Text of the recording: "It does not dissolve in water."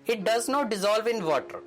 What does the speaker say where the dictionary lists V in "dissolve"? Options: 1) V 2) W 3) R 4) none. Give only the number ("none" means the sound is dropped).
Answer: 1